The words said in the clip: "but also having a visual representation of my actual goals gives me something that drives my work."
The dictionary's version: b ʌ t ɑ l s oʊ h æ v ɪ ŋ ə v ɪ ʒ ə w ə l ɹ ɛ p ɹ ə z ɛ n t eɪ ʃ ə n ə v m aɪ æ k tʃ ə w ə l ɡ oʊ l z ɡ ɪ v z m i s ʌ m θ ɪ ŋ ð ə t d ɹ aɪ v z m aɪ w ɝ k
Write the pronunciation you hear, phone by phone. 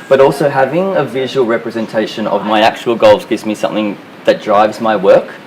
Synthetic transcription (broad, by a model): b ʌ t ɑ l s oʊ h æ v ɪ ŋ ə v ɪ ʒ ə w ə l ɹ ɛ p ɹ ə z ɛ n t eɪ ʃ ə n ə v m aɪ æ k tʃ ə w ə l ɡ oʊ l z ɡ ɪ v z m i s ʌ m θ ɪ ŋ ð ə t d ɹ aɪ v z m aɪ w ɝ k